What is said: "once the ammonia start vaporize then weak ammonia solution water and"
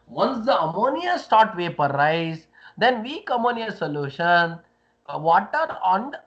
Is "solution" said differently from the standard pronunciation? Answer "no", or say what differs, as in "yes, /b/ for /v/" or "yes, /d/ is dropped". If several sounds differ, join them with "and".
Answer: no